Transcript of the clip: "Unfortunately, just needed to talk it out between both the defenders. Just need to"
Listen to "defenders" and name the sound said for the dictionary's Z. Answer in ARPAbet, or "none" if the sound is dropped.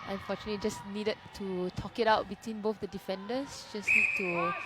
S